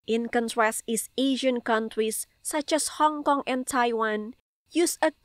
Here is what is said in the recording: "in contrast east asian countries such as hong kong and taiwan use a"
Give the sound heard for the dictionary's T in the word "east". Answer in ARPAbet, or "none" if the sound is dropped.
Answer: none